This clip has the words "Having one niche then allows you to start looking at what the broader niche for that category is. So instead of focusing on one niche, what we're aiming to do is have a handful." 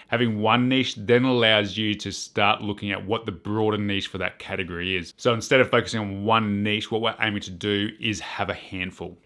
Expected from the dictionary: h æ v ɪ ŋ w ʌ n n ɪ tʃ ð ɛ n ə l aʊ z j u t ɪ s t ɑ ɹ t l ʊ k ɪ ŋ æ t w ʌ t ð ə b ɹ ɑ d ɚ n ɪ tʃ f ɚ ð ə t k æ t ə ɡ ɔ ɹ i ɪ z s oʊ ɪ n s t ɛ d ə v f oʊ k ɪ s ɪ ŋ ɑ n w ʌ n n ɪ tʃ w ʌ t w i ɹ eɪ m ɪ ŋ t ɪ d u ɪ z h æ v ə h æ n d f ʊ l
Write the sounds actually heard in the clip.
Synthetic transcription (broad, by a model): h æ v ɪ ŋ w ʌ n n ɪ ʃ ð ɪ n ə l aʊ z j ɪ t ɪ s t ɑ ɹ t l ʊ k ɪ ŋ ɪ t w ʌ t ð ə b ɹ ɑ d ɚ n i ʃ f ɚ ð ə t k æ t ə ɡ ɔ ɹ i ɪ z s oʊ ɪ n s t ɛ d ə v f oʊ k ɪ s ɪ ŋ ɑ n w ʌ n n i ʃ w ʌ t w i ɹ eɪ m ɪ ŋ t ɪ d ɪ ɪ z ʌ v ə h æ n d f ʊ l